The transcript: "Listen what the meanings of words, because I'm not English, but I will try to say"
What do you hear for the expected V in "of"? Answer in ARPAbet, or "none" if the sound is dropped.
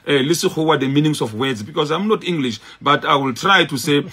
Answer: F